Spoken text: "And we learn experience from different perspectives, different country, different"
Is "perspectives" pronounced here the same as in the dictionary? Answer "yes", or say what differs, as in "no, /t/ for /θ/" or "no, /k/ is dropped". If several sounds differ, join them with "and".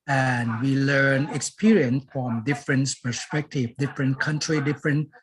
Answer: no, /z/ is dropped